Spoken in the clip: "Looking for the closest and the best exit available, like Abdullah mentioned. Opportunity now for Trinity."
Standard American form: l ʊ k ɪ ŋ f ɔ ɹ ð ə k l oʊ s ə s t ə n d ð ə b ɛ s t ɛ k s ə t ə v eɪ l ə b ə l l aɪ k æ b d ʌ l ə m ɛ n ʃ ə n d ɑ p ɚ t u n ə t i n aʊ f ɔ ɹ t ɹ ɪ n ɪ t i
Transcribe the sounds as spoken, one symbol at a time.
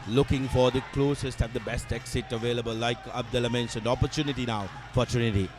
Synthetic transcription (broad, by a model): l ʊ k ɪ ŋ f ɔ ɹ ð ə k l oʊ s ə s t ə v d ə b ɛ s t ɛ k s ə t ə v eɪ l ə b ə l l aɪ k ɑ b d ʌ l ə m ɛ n s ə n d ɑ p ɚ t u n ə t i n aʊ f ɔ ɹ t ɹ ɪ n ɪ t i